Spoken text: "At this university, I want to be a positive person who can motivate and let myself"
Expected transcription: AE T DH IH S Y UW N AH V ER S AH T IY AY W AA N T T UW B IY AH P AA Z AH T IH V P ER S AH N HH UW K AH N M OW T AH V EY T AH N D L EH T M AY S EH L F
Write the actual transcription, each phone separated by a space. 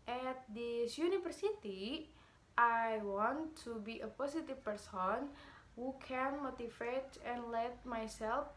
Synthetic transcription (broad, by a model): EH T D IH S Y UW N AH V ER S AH T IY AY W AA N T T UW B IY AH P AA S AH T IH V P ER S AH N HH UW K AH N M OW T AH F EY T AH N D L EH T M AY S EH L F